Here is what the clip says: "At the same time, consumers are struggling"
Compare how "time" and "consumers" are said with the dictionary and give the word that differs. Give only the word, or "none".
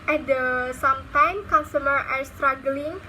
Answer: consumers